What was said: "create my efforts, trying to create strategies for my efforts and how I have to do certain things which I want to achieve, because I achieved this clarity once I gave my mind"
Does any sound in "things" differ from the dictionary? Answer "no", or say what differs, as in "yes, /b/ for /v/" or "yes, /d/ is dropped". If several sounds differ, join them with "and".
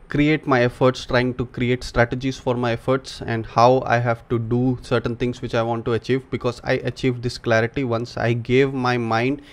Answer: yes, /t/ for /θ/